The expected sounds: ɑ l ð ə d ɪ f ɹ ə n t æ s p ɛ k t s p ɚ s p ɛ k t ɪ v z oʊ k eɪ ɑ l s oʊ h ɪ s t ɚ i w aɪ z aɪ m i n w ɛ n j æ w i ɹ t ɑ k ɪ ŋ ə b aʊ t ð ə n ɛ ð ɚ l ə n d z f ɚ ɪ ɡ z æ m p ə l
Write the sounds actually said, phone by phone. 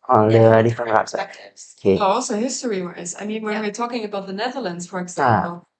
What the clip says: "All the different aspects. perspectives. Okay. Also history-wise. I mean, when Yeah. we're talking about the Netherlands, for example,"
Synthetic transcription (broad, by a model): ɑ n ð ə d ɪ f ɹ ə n æ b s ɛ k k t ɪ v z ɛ ʌ ɑ l s oʊ h ɪ s t ɚ i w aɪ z aɪ m i n w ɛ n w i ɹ t ɑ k ɪ ŋ ə b aʊ t ð ə n ɛ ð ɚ l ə n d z f ɚ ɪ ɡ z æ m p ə l